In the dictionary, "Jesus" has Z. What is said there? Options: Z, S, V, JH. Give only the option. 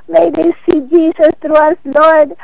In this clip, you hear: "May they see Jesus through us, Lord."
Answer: S